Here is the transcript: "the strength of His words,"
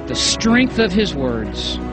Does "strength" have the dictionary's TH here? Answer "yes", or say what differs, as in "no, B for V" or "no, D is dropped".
yes